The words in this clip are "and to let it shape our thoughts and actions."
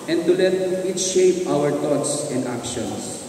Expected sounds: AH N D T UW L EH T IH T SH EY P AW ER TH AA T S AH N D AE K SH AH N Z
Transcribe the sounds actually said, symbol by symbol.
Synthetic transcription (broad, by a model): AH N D T UW L EH T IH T SH EY P AW ER T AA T S AH N D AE K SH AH N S